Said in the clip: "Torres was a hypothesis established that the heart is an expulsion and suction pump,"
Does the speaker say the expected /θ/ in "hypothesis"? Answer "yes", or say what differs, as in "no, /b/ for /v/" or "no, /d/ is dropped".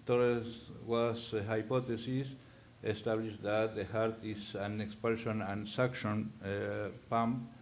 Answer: no, /t/ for /θ/